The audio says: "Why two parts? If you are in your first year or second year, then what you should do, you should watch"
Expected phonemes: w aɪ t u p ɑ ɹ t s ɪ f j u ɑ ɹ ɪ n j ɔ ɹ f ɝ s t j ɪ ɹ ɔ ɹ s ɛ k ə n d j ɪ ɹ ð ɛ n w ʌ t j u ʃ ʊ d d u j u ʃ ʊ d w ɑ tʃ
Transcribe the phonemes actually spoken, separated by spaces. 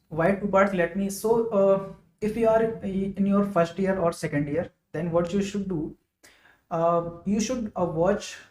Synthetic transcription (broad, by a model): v aɪ t u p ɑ l t s ɪ f j u ɑ ɹ ɪ n j ɔ ɹ f ɝ s t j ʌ ɹ ɔ ɹ s ɛ k ə n d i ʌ ɹ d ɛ n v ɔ t j u ʃ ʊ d d u j u ʃ ʊ d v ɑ tʃ